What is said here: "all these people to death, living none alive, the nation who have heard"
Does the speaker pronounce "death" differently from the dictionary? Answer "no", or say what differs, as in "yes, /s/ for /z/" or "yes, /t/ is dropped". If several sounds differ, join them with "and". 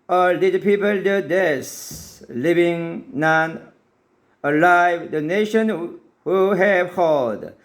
yes, /s/ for /θ/